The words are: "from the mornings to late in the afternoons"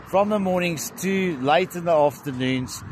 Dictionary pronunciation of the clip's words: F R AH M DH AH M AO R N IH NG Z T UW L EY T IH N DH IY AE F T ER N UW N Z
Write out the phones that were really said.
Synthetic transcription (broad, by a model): F R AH M DH AH M AO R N IH NG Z T UW L EY T IH N DH IY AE F T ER N UW N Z